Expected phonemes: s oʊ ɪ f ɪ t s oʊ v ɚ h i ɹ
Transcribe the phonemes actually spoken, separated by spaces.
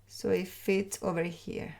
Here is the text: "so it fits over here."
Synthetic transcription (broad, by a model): s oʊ ɪ f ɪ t oʊ v ɚ h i ɹ